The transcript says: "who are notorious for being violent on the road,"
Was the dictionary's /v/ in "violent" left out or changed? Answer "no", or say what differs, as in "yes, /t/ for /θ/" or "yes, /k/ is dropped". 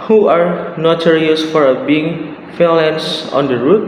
yes, /f/ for /v/